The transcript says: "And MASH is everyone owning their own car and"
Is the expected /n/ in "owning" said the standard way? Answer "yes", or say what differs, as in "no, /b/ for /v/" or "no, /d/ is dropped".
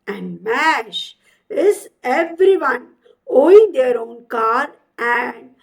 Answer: no, /n/ is dropped